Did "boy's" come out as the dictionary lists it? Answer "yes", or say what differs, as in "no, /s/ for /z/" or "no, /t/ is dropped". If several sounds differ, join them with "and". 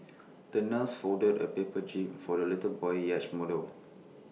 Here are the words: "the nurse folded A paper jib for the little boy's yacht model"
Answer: no, /z/ is dropped